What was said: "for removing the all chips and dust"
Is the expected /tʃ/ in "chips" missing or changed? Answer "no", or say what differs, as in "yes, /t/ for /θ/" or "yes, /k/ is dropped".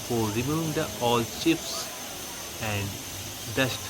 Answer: yes, /ʃ/ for /tʃ/